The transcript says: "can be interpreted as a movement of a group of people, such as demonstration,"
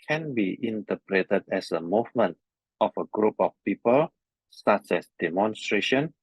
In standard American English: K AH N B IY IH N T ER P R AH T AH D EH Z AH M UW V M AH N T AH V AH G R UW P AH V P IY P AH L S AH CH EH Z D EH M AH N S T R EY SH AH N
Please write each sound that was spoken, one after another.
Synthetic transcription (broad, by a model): K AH N B IY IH N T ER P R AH T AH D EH S AH M UW V M AH N T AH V AH G R UW P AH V P IY P AH L S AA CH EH S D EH M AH N S T R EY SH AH N